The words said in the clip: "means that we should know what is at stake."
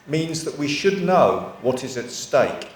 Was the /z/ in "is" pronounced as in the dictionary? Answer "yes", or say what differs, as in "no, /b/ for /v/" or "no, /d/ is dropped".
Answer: yes